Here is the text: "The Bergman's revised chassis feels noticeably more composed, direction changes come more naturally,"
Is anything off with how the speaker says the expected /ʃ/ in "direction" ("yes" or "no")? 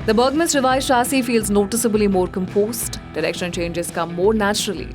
no